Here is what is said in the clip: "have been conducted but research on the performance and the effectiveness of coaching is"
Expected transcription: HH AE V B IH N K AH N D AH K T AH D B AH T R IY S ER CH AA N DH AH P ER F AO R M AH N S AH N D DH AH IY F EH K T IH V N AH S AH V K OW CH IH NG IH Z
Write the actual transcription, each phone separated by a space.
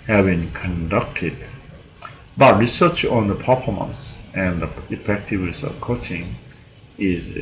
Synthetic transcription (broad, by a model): HH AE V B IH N K AH N D AH K T AH D B AH T R IY S ER CH AA N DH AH P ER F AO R M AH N S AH N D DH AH IY F EH K T IH V N AH S AH V K OW CH IH NG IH Z